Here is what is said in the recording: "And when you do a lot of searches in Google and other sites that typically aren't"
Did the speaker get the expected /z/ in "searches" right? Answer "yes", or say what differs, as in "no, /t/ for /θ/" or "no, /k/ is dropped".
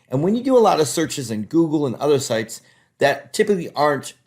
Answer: yes